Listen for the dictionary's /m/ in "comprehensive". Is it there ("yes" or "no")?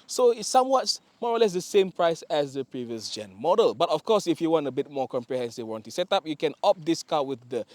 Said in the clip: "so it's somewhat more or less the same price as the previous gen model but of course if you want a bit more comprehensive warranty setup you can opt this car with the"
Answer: yes